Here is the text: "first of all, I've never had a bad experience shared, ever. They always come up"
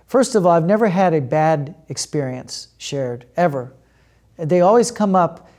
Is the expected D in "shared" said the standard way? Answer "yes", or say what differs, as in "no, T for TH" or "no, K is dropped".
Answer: yes